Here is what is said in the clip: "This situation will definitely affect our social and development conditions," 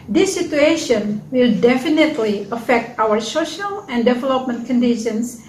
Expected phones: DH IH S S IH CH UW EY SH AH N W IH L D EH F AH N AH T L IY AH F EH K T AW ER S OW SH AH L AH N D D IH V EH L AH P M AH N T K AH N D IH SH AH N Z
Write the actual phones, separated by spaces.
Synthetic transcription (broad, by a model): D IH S S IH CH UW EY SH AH N W IH L D EH F AH N AH T L IY AH F EH K T AW ER S OW SH AH L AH N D D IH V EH L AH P M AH N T K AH N D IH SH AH N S